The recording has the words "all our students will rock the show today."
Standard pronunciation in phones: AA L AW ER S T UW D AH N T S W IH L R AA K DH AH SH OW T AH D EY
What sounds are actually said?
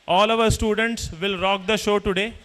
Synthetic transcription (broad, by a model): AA L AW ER S T UW D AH N T S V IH L R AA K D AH SH OW T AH D EY